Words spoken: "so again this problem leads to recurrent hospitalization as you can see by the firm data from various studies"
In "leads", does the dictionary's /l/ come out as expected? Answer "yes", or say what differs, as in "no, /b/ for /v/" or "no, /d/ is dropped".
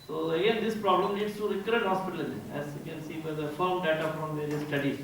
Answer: no, /n/ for /l/